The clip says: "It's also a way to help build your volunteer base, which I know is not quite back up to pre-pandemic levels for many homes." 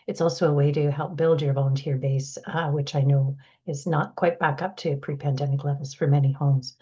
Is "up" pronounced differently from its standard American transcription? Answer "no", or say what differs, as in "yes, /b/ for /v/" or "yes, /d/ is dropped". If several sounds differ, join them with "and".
no